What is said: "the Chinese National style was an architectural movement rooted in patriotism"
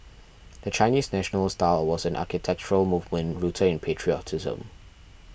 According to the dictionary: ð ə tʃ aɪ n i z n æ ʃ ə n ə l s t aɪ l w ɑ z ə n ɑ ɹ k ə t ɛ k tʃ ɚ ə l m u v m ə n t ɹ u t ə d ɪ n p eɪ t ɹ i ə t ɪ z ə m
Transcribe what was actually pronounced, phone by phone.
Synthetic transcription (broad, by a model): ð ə tʃ aɪ n i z n æ ʃ ə n ə l s t aɪ l w ɑ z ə n ɑ k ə t ɛ k tʃ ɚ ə l m u v m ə n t ɹ u t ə ɪ n p eɪ t ɹ i ə t ɪ z ə m